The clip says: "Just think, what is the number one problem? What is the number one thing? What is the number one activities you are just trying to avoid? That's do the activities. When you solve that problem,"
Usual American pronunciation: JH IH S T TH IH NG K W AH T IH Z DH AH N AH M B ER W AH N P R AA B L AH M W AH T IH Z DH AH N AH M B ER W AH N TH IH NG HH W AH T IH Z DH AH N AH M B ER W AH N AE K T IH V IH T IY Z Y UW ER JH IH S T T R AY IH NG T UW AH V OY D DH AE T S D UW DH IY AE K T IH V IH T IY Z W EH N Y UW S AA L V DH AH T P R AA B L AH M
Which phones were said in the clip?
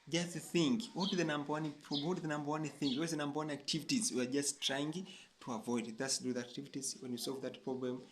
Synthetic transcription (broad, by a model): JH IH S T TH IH NG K W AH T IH DH AH N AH M B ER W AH N P R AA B W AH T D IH DH AH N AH M B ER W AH N TH IH NG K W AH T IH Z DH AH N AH M B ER W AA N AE K T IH V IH T IY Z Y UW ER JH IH S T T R AY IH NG T UW AH V OY D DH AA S D UW DH IY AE K T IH V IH T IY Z W EH N Y UW S AA L V DH AH T P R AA B L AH M